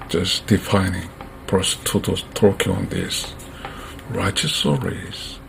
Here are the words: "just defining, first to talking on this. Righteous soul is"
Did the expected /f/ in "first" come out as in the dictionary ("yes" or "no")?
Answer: no